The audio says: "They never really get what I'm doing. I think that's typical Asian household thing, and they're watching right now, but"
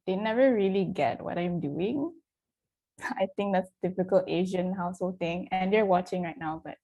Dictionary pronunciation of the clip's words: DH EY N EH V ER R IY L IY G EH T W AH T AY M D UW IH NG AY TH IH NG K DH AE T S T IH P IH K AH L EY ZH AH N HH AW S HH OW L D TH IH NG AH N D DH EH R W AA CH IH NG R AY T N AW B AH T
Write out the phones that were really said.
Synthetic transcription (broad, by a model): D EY N EH V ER R IY L IY G EH T W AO T AY M D UW IH NG AY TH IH NG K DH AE T S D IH F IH K AH L EY ZH AH N HH AW S HH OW L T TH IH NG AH N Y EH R W AA CH IH NG R AY T N AW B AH T